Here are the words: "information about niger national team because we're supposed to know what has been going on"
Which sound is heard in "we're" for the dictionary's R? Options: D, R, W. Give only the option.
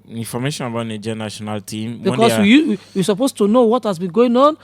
W